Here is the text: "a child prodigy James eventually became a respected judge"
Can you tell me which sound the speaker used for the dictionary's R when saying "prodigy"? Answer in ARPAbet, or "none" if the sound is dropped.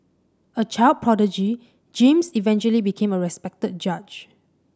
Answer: R